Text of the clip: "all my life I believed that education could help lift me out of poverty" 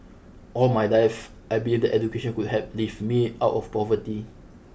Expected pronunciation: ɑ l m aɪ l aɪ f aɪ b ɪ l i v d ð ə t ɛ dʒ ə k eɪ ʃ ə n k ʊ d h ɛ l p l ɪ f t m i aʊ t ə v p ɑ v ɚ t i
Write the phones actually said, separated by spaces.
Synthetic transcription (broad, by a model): ɑ l m aɪ l aɪ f aɪ b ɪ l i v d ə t ɛ dʒ ə k eɪ ʃ ə n k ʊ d h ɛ p l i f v m i aʊ t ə f p ɑ v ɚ t i